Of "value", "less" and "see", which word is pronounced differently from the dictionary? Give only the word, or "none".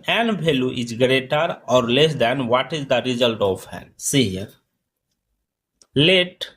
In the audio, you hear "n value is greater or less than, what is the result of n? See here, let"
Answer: value